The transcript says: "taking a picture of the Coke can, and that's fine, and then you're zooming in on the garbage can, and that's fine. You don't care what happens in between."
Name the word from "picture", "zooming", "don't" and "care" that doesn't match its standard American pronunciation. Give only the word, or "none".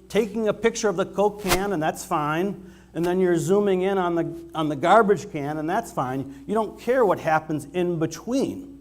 none